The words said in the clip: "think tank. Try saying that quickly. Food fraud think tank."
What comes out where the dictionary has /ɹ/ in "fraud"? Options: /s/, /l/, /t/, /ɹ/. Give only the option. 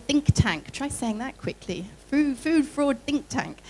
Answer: /ɹ/